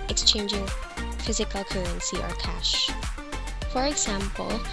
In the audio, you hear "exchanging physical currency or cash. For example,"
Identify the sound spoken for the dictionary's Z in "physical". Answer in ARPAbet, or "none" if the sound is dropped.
Z